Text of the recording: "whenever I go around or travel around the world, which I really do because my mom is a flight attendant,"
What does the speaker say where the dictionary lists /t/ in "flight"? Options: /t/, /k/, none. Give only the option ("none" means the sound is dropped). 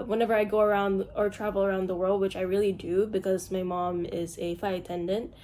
none